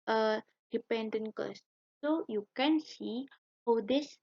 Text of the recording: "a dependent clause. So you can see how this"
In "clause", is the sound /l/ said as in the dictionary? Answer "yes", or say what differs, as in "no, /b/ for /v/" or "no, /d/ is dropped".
no, /l/ is dropped